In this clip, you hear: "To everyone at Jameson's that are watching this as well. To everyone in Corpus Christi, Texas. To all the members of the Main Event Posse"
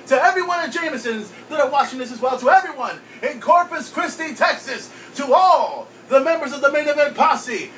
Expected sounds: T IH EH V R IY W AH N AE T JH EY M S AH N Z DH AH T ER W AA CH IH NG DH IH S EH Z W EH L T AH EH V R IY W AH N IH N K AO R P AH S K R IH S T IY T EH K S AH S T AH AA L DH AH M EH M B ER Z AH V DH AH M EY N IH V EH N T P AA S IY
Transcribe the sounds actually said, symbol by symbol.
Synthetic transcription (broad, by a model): T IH EH V R IY W AH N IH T JH EY M S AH N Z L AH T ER W AA CH IH NG DH IH S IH Z W EH L T AH EH V R IY W AH N IH N K AO R P AH S K R IH S T IY T EH K S AH S T AH AA L DH AH M EH M B ER Z AH V DH AH M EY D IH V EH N P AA S IY